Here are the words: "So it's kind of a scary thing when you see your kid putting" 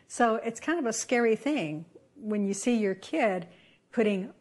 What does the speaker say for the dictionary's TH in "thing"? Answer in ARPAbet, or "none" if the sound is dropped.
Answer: TH